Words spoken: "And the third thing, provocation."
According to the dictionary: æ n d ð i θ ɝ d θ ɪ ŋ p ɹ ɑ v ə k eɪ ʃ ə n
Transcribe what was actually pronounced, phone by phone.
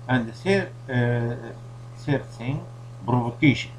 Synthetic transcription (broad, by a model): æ n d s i s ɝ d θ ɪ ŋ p ɹ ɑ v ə k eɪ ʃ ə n